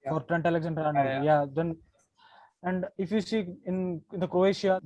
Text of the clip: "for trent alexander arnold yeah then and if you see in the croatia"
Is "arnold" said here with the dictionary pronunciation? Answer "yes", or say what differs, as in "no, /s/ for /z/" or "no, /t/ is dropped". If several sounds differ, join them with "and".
no, /n/ is dropped and /n/ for /l/